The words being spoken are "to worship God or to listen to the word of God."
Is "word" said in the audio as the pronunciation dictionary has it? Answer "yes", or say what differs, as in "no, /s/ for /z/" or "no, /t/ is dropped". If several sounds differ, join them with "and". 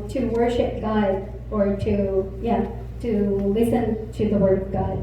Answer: yes